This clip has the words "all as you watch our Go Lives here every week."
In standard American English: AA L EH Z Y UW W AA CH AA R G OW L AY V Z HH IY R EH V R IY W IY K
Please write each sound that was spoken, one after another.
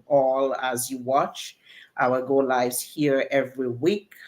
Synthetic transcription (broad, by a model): AA L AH Z Y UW W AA CH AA L G OW L AY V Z HH IY R EH V R IY W IY K